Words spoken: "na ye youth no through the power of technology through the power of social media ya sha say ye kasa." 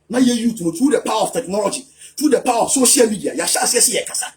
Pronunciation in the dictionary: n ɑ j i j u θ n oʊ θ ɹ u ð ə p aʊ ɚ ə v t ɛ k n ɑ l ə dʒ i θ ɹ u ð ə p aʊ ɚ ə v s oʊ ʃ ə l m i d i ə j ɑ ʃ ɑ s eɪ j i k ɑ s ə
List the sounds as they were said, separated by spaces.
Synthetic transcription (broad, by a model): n ɑ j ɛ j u t n oʊ t ɹ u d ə p aʊ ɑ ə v t ɛ k n ɑ l ə dʒ i t ɹ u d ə p aʊ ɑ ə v s oʊ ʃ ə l m i d i ə j ɑ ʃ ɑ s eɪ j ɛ k ɑ s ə